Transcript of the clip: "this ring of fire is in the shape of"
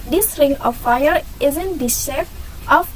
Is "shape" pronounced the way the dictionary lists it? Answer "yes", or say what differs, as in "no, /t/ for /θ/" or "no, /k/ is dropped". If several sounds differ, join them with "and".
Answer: no, /f/ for /p/